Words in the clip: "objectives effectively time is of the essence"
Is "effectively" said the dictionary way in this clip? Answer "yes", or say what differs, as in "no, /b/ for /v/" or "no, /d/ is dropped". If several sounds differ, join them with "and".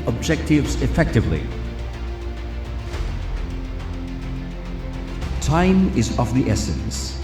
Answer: yes